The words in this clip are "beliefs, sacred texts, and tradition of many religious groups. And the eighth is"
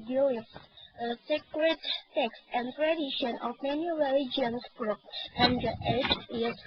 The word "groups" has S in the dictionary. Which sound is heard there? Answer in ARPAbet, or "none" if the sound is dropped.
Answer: none